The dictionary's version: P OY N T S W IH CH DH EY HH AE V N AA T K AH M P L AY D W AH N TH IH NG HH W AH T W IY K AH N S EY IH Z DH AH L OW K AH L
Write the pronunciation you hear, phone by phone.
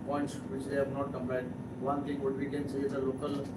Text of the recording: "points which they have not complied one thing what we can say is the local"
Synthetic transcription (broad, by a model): P OY N T S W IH CH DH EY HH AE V N AA T K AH M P AY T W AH N T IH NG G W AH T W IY K AH N S EY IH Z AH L OW K AH L